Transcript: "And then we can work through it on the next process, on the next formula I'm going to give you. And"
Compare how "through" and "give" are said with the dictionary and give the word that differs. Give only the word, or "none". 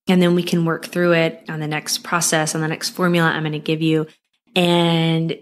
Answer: none